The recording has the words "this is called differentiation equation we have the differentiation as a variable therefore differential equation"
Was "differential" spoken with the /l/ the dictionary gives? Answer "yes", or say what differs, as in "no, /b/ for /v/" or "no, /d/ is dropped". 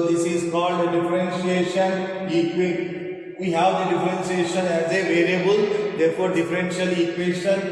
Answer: yes